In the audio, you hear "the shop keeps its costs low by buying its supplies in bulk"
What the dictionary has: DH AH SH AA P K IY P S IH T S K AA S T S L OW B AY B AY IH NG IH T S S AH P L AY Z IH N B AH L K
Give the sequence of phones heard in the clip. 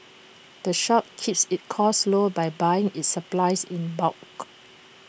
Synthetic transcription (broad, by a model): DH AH SH AA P K IY P S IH T K AA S S L OW B AY B AY IH NG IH T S S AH P L AY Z IH N B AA K